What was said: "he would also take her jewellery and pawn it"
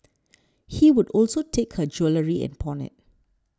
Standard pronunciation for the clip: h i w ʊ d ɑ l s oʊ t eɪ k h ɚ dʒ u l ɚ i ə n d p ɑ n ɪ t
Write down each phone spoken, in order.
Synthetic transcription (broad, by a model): h i w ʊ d ɑ l s oʊ t eɪ k h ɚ dʒ u l ɚ i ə n p ɑ n ɪ t